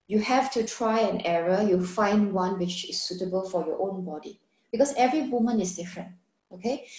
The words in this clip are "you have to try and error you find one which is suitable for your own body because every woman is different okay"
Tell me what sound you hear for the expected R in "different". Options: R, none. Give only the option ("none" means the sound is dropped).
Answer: R